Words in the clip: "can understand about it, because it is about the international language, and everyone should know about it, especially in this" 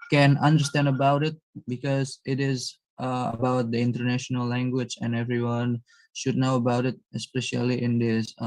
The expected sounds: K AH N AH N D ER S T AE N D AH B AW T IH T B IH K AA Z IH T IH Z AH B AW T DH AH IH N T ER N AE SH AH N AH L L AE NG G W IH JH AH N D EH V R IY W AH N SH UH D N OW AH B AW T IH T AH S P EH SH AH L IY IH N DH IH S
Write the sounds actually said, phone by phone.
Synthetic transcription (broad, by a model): K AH N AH N D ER S T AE N D AH B AW T IH T B IH K AA Z IH T IH Z AH B AW T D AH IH N T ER N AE SH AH N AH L L AE NG G W IH JH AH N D EH V R IY W AH N SH UH D N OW AH B AW T IH T AH S P EH SH AH L IY IH N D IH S